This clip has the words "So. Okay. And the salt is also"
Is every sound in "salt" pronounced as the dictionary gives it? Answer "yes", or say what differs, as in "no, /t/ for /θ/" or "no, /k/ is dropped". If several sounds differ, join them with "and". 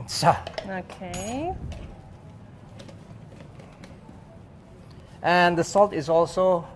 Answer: yes